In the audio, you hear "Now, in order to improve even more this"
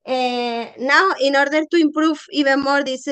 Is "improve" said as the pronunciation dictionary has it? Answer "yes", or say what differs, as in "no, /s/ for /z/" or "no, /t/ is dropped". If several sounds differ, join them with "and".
no, /f/ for /v/